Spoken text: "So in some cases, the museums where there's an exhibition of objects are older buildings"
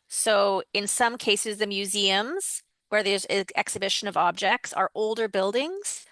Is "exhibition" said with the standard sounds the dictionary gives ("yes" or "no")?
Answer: yes